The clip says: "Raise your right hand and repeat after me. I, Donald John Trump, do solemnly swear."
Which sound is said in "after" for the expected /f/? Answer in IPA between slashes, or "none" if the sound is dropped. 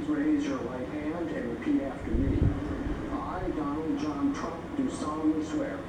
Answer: /f/